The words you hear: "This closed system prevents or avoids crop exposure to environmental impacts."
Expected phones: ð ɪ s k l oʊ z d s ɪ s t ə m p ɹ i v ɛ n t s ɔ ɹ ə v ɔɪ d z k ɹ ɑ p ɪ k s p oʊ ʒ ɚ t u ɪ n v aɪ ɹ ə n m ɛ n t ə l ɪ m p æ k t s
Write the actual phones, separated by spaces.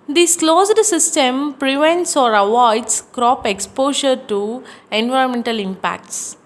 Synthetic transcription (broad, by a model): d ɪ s k l oʊ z d s ɪ s t ə m p ɹ i v ɛ n t s ɔ ɹ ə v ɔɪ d s k ɹ ɑ p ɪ k s p oʊ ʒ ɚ t u ɪ n v aɪ ɹ ə n m ɛ n t ə l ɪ m p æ k t s